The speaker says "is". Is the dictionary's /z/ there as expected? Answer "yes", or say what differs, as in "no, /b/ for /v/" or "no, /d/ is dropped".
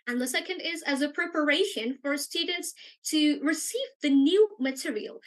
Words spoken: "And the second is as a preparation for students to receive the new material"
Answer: yes